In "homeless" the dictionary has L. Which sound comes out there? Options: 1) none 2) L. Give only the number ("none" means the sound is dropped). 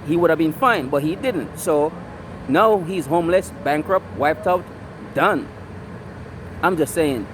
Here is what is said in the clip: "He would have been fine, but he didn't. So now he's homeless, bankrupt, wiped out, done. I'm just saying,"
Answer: 2